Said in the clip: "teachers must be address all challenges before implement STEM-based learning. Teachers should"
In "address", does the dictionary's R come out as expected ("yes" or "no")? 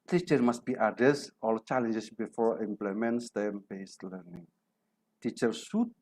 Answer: no